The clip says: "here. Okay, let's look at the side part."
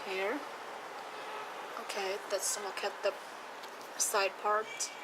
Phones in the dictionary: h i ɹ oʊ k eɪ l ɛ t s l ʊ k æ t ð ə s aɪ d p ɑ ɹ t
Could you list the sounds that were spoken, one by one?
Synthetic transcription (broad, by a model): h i ɹ oʊ k eɪ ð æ t s n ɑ k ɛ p ð ə s aɪ d p ɑ ɹ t